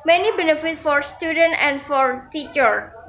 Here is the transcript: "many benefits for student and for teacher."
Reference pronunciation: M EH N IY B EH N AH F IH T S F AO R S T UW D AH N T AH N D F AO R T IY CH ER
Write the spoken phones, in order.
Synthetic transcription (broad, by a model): M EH N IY B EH N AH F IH T F AO R S T UW D AH N T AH N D F AO R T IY CH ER